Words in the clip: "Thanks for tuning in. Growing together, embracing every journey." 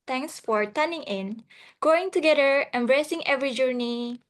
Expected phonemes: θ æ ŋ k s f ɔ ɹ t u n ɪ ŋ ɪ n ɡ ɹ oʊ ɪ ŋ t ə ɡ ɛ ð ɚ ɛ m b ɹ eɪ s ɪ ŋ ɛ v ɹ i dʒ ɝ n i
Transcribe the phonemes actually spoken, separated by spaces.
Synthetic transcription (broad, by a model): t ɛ ŋ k s f ɔ ɹ t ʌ n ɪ ŋ ɪ n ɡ oʊ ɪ ŋ t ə ɡ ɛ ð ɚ ɛ m b ɹ eɪ s ɪ ŋ ɛ v ɹ i dʒ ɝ n i